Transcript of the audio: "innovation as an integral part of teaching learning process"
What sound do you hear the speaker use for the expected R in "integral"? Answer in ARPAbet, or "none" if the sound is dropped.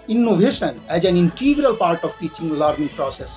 R